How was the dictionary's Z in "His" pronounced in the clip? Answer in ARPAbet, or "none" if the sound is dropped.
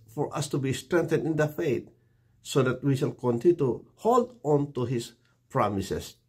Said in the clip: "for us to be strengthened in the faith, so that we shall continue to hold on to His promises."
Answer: S